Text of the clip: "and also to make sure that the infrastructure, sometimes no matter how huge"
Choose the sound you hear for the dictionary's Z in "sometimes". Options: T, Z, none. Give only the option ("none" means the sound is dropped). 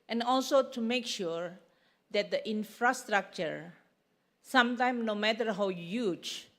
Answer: none